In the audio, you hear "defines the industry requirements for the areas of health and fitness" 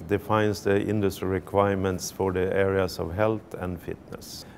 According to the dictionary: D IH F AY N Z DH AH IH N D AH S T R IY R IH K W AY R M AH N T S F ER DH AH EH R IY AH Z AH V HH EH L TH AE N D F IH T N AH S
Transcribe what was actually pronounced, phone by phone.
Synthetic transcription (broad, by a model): D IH F AY N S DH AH IH N D AH S T R IY R IH K W AY R M AH N T S F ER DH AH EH R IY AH S AH V HH EH L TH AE N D F IH T N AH S